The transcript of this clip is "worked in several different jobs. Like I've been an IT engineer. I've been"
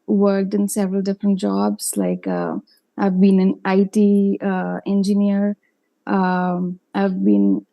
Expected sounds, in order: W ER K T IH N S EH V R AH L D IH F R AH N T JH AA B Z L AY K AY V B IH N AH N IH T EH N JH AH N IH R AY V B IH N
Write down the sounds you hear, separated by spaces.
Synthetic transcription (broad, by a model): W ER K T IH N S EH V R AH L D IH F R AH N T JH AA B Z L AY K AY V B IH N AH N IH T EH N JH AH N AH R AY V B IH N